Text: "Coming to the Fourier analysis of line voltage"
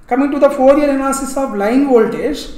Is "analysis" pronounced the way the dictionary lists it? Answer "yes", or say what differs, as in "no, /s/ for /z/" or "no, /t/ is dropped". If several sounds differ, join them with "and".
no, /n/ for /l/